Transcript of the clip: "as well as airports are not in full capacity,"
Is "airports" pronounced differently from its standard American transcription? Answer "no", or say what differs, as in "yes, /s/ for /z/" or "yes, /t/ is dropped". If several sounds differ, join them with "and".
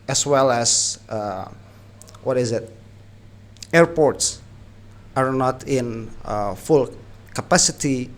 no